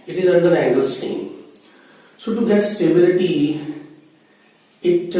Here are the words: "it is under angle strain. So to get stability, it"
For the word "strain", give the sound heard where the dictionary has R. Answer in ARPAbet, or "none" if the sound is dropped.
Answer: none